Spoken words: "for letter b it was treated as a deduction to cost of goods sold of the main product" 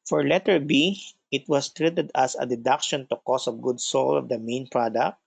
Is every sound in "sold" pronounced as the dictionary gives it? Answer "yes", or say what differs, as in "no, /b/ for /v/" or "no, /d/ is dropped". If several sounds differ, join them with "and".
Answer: no, /d/ is dropped